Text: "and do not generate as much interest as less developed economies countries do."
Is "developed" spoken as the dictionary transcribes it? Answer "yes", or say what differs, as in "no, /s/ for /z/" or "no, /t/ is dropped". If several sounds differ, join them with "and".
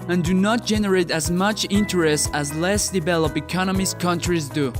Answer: no, /t/ is dropped